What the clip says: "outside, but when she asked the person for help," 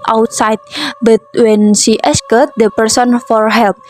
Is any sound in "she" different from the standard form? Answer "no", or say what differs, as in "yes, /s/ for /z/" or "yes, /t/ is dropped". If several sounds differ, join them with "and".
yes, /s/ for /ʃ/